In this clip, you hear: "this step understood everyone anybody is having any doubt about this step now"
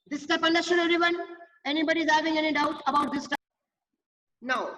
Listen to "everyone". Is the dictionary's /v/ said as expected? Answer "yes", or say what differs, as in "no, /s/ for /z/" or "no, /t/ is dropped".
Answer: no, /v/ is dropped